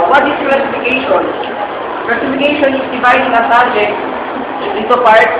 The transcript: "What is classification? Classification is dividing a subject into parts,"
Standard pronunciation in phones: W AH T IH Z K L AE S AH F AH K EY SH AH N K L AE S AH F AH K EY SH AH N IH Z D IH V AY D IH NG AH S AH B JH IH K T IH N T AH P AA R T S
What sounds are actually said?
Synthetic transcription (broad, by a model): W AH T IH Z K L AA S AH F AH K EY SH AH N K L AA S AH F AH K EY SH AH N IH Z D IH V AY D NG AH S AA JH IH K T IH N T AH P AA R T